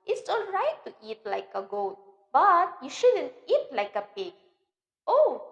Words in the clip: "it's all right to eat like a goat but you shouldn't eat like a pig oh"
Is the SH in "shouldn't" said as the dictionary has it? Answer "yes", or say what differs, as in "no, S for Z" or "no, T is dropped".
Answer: yes